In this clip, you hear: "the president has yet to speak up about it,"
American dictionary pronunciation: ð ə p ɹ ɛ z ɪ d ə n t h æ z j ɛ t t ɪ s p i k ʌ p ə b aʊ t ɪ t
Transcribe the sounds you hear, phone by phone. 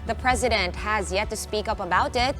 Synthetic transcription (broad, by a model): ð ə p ɹ ɛ z ɪ d ə n t h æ z j ɛ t t ɪ s p i k ʌ p ə b aʊ t ɪ t